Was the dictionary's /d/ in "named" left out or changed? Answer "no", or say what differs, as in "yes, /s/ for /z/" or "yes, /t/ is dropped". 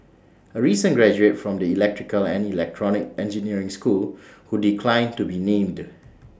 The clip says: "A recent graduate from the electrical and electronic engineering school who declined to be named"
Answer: no